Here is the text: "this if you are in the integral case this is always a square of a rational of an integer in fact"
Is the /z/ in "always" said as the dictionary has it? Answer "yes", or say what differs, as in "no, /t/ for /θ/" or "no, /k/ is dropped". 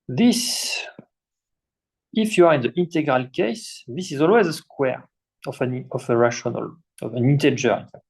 yes